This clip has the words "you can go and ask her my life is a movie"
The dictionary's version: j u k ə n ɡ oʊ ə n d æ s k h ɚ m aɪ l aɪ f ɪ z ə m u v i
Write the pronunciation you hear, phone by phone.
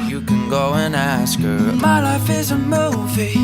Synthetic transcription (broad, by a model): j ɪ k ə n ɡ oʊ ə n æ s k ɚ m aɪ l aɪ f ɪ z ə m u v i